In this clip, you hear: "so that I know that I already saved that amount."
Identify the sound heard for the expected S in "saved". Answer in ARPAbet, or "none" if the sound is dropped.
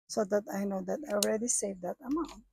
S